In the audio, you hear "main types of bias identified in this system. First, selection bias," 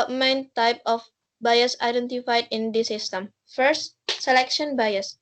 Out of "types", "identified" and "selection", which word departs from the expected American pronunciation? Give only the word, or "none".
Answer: types